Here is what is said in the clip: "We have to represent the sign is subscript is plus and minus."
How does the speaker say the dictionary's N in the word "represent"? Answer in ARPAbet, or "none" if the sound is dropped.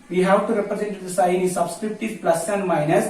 N